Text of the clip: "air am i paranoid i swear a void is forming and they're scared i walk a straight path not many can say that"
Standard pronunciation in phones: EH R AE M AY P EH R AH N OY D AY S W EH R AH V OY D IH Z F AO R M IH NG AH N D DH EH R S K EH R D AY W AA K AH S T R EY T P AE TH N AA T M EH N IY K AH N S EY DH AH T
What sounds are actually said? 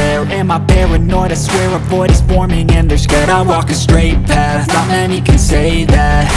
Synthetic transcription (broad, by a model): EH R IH M AY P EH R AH N OY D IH S W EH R AH P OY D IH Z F AO R M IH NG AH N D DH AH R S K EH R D AY W AA K AH S T R EY T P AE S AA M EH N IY K AH N S EY DH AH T